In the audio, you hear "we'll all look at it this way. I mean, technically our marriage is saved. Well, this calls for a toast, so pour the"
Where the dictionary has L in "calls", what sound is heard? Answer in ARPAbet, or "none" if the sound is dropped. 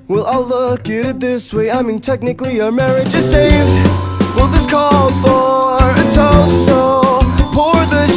none